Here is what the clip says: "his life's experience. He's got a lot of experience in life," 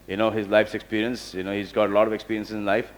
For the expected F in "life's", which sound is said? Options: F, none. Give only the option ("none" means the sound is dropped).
F